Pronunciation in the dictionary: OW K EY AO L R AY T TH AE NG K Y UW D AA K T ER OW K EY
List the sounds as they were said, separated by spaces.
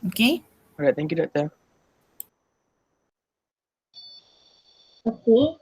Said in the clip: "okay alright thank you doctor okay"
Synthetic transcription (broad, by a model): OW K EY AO R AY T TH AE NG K Y UW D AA T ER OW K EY